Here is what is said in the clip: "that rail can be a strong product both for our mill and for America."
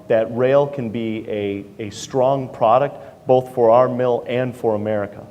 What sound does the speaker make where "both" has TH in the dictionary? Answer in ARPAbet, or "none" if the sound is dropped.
TH